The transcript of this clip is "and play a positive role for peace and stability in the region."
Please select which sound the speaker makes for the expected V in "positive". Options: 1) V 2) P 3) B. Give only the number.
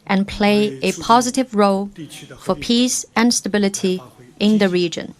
1